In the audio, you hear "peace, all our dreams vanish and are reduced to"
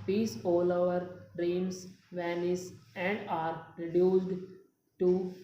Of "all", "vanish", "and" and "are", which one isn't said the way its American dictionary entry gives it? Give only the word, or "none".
vanish